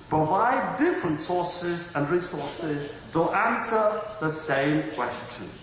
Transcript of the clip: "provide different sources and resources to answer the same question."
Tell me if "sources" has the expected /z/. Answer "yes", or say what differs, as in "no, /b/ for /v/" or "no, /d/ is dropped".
yes